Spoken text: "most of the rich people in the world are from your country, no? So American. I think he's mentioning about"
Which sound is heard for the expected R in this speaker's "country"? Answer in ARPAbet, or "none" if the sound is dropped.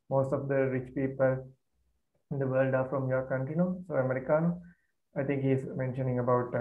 none